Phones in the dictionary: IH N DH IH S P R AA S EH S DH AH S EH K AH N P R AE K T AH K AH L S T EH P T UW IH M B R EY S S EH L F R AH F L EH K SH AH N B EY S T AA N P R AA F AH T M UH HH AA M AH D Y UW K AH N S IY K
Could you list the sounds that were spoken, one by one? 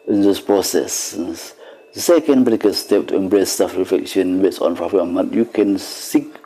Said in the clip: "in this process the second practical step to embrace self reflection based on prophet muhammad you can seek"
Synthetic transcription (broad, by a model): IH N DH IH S P R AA S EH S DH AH S EH K AH N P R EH T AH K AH S T EH P T UW IH M B R EY S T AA F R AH F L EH K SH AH N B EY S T AA N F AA AH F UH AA M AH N Y UW K AH N S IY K